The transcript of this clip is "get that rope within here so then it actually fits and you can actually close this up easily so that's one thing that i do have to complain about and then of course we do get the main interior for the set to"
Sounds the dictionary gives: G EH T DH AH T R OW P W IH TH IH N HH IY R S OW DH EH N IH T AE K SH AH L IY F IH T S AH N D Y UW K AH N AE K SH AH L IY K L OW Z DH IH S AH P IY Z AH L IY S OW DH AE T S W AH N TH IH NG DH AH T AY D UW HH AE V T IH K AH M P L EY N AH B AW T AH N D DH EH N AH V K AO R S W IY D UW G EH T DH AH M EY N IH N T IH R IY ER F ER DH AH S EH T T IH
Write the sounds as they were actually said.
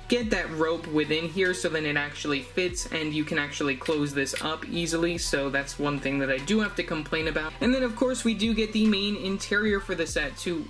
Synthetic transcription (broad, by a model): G EH T DH AH T R OW P W IH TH IH N HH IY R S OW DH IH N IH T AE K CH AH L IY F IH T S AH N Y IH K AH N AE K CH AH L IY K L OW Z DH IH S AH P IY Z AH L IY S OW DH AE T S W AH N TH IH NG DH AH T AY D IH HH AE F T IH K AH M P L EY N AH B AW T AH N DH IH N AH V K AO R S W IY D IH G EH T DH AH M EY N IH N T IH R IY ER F ER DH AH S EH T T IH